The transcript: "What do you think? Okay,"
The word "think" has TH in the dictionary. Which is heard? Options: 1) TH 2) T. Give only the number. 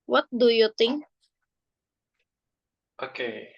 2